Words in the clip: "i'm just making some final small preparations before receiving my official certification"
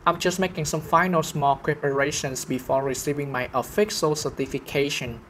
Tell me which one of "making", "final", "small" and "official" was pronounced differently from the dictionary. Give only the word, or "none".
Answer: official